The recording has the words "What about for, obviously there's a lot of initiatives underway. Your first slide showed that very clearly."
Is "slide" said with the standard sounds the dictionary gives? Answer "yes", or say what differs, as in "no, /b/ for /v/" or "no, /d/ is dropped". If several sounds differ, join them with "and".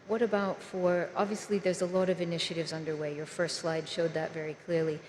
yes